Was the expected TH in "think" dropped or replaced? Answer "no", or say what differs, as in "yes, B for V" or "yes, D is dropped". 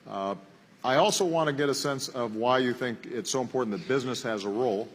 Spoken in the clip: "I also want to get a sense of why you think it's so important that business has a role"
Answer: no